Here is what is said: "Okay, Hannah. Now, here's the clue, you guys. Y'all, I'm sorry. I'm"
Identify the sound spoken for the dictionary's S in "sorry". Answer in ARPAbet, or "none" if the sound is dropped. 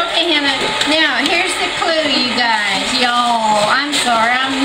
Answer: SH